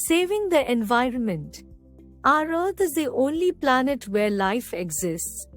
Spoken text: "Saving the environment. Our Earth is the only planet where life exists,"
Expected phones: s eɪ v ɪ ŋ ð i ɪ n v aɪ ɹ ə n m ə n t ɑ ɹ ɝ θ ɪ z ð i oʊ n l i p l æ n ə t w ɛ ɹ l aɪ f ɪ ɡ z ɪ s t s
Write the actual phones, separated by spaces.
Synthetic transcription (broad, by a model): s eɪ v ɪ ŋ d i ɪ n v aɪ ɹ ə n m ə n t ɑ ɹ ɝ t ɪ z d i oʊ n l i p l æ n ə t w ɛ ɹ l aɪ f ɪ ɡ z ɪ s t s